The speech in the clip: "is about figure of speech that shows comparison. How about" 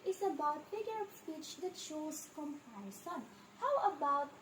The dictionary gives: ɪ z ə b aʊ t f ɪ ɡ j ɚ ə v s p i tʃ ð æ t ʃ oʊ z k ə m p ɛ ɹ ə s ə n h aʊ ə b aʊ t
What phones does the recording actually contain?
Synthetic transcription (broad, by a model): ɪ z ə b aʊ t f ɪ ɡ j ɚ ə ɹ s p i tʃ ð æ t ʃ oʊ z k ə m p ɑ ə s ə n h aʊ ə b aʊ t